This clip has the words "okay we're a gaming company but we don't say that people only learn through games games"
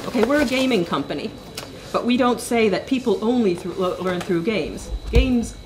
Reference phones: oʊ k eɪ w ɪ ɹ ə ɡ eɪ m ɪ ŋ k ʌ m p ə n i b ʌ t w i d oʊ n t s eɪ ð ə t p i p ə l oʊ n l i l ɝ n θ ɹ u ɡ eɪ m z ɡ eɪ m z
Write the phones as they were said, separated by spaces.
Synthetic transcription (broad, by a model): oʊ k eɪ w ɪ ɹ ə ɡ eɪ m ɪ ŋ k ʌ m p ə n i b ʌ t w i d oʊ n t s eɪ ð ə t p i p l oʊ n l i l ɝ n θ ɹ u ɡ eɪ m z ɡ eɪ m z